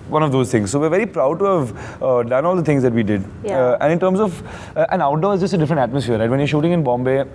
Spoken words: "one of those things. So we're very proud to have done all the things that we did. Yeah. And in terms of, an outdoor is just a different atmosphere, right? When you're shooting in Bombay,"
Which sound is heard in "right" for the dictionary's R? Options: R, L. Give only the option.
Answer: R